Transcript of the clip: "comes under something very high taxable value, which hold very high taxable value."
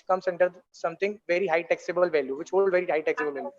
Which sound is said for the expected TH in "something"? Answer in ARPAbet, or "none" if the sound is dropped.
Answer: T